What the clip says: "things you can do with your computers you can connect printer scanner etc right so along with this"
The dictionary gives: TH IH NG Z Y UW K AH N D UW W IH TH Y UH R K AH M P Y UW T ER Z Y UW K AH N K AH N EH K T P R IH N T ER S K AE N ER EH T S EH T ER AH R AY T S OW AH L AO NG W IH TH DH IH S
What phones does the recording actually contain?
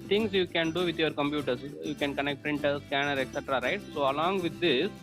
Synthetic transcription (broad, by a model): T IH NG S Y UW K AH N D UW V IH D Y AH R K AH M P Y UW T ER S Y UW K AH N K AH N EH K T P R IH N T ER S K AE N ER EH T S EH T ER AH R AY T S OW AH L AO NG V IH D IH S